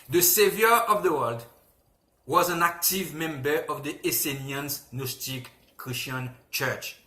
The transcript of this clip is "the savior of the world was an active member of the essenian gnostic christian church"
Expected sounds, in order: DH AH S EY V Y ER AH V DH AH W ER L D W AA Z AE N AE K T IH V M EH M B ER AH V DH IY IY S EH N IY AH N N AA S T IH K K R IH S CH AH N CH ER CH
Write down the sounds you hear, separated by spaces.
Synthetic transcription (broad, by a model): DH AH S EY V Y ER AH V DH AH W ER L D W AA Z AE N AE K T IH V M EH M B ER AH V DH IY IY S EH N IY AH N N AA S T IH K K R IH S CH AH N CH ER CH